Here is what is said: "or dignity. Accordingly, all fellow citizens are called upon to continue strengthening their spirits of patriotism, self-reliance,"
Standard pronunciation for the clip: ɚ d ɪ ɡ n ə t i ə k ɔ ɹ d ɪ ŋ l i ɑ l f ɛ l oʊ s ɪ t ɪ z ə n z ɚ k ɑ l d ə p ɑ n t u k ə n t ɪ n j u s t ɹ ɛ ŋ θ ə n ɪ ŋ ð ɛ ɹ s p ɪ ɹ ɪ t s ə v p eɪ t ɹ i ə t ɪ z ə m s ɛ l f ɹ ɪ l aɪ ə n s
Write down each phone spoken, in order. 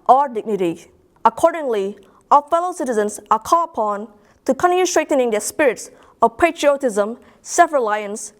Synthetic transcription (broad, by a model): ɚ d ɪ ɡ n ə t i ə k ɔ ɹ d ɪ ŋ l i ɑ f ɛ l oʊ s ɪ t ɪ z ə n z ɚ k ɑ l ə p ɑ n t u k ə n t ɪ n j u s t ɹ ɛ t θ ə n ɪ ŋ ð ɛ s p ɪ ɹ ɪ t s ə v p eɪ t ɹ i ə t ɪ z ə m s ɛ f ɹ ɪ l aɪ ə n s